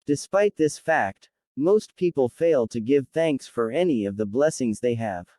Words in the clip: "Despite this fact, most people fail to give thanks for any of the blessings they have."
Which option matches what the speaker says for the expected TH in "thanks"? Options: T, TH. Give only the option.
TH